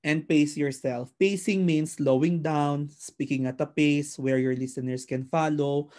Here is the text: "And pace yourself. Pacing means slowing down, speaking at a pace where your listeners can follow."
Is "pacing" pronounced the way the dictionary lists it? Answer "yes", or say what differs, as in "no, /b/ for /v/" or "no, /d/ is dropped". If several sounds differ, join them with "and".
yes